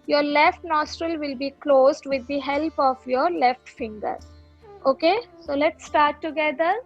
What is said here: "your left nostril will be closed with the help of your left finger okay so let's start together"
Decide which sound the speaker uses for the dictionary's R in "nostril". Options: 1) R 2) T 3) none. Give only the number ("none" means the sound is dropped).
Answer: 1